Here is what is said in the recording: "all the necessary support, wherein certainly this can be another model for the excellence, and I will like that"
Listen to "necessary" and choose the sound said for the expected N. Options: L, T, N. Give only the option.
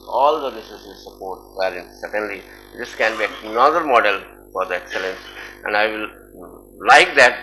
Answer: L